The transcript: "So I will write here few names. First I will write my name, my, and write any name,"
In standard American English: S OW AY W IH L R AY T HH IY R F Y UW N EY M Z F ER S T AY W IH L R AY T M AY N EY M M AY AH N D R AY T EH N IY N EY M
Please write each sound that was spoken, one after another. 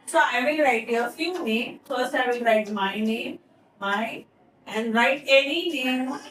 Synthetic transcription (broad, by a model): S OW AY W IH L R AY T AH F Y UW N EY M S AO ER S AY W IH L R AY T M AY N EY M M AY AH N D R AY T EH N IY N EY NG